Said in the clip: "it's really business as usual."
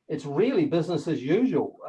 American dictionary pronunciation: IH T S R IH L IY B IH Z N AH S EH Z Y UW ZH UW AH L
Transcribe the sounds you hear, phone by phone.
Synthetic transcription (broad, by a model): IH T S R IH L IY B IH Z N AH S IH Z Y UW ZH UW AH L